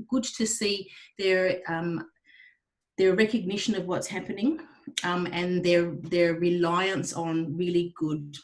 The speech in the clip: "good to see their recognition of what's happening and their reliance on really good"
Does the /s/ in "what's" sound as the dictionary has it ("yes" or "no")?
yes